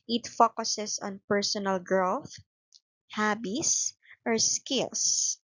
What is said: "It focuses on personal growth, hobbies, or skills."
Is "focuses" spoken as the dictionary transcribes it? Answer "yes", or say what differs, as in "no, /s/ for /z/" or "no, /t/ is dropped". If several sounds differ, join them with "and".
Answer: no, /s/ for /z/